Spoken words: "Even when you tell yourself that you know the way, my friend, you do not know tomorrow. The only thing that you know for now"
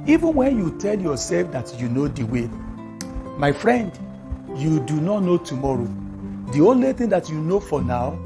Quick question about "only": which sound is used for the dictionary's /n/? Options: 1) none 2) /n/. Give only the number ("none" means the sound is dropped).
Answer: 2